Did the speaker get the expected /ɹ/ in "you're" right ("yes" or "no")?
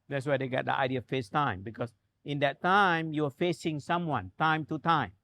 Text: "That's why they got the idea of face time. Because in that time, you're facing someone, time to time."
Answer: no